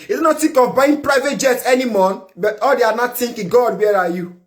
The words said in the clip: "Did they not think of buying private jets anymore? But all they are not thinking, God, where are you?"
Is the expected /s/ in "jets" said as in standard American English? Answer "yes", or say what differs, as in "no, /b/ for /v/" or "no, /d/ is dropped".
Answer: no, /s/ is dropped